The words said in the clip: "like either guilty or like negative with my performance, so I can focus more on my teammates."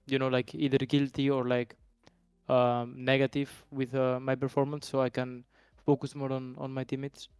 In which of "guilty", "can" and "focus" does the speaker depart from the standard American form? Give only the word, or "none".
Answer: none